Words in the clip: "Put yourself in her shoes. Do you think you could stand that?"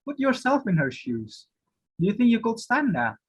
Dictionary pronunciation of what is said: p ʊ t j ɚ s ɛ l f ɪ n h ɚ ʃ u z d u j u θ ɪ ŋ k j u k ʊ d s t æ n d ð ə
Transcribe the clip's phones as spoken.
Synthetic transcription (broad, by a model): p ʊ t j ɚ s ɛ l f ɪ n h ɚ ʃ u z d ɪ j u θ ɪ ŋ k j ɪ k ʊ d s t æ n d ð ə